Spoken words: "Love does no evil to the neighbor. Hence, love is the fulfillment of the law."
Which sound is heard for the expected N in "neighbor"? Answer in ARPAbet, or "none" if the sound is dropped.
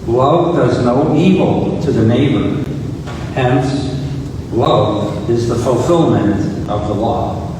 N